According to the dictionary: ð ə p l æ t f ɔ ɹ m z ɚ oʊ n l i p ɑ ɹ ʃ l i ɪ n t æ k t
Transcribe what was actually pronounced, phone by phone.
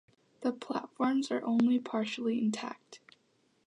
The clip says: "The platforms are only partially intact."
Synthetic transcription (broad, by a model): ð ə p l æ t f ɔ ɹ m z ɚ oʊ n l i p ɑ ɹ ʃ l i ɪ n t æ k t